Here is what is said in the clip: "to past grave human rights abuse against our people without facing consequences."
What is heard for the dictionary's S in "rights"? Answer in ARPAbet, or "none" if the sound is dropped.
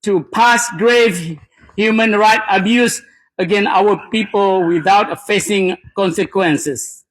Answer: none